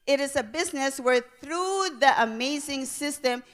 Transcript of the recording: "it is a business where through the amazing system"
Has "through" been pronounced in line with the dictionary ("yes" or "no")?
yes